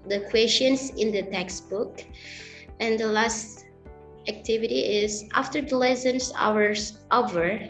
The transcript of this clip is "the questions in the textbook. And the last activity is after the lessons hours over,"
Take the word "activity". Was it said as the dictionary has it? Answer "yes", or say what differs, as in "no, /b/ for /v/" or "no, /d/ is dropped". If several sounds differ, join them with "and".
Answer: yes